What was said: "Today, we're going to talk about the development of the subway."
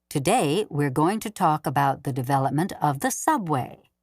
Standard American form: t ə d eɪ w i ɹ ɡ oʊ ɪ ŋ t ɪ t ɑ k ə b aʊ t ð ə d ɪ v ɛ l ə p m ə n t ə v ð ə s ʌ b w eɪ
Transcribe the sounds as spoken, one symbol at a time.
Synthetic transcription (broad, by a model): t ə d eɪ w i ɹ ɡ oʊ ɪ ŋ t ɪ t ɑ k ə b aʊ t ð ə d ɪ v ɛ l ə p m ə n t ə v ð ə s ʌ b w eɪ